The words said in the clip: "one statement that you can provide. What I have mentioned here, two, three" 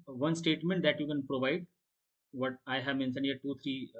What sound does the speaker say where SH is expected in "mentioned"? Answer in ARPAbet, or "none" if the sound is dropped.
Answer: S